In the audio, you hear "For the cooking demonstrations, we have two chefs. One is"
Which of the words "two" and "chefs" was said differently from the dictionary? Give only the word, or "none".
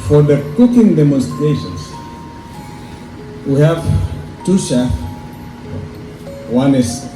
chefs